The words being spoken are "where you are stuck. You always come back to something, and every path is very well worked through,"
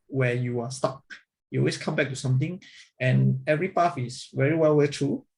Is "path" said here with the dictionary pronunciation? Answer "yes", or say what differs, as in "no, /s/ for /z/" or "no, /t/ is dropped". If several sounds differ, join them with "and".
no, /f/ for /θ/